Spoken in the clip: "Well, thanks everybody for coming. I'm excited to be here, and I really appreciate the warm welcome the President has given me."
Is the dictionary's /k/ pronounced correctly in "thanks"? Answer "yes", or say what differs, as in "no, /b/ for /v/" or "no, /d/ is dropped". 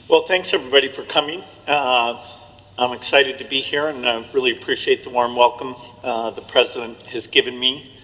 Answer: yes